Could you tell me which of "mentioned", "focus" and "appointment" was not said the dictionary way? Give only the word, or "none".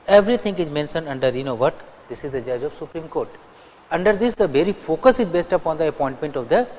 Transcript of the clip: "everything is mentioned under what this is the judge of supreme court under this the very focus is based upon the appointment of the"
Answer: mentioned